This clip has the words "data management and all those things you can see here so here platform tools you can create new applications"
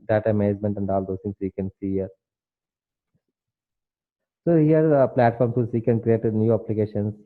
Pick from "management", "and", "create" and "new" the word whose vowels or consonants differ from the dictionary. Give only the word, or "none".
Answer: management